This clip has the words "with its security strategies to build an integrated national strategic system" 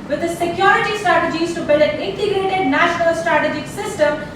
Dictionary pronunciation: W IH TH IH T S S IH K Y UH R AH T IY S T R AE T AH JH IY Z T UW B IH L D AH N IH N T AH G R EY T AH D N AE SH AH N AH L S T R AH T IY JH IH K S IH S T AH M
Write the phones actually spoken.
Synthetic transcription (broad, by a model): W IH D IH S S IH K Y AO R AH T IY S T R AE T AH JH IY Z T UW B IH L AH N IH N T AH G R EY T AH D N AE SH AH N AH L S T R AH T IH JH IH K S IH S T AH M